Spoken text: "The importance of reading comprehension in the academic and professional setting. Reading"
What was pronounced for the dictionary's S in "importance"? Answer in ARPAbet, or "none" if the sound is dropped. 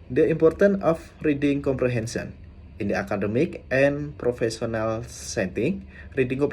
none